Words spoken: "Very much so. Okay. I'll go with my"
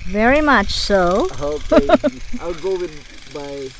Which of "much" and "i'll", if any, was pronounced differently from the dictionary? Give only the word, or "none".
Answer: i'll